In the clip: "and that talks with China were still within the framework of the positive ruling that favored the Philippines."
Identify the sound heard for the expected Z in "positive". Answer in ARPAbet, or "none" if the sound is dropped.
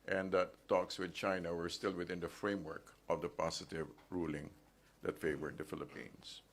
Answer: S